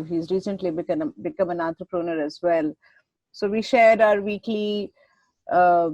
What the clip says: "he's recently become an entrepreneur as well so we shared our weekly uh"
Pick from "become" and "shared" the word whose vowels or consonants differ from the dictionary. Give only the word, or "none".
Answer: none